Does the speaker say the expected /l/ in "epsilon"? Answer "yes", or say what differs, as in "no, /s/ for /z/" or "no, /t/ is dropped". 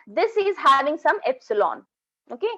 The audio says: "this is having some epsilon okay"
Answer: yes